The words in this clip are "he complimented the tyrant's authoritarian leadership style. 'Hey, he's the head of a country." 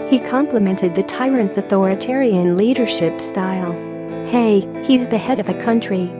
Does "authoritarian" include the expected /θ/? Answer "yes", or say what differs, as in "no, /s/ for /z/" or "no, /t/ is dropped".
yes